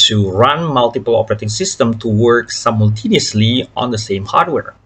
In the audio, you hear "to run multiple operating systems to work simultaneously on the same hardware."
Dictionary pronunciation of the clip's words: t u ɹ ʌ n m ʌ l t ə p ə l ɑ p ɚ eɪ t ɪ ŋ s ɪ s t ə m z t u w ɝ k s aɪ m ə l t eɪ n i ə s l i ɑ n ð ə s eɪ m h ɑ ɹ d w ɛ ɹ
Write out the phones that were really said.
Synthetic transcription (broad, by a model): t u ɹ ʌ n m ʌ l t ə p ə l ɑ p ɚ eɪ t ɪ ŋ s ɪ s t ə m t u w ɝ k s aɪ m ə l t eɪ n i ə s l i ɑ n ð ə s eɪ m h ɑ ɹ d w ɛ ɹ